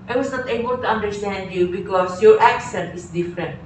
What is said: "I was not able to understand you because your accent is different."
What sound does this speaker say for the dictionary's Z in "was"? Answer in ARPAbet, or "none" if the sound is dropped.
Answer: S